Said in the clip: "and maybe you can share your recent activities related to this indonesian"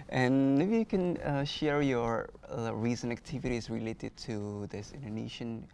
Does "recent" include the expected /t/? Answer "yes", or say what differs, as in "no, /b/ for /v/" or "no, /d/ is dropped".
no, /t/ is dropped